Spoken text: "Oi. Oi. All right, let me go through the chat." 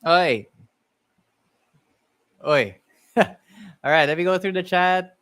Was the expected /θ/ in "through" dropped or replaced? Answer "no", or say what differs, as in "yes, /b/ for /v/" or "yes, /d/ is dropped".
no